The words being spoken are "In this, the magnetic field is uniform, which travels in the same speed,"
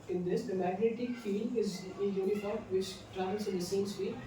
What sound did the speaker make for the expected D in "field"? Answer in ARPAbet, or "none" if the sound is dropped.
none